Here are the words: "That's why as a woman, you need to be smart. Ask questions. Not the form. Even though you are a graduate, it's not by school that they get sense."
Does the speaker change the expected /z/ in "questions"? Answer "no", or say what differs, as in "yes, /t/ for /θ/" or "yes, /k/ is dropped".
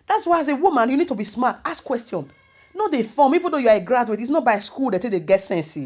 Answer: yes, /z/ is dropped